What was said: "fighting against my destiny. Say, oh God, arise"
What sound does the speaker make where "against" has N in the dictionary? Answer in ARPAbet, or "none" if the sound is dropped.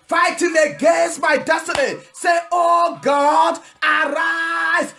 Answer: none